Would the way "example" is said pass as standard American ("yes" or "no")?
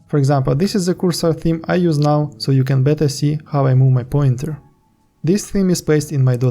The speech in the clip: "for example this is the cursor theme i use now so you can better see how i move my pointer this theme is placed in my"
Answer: yes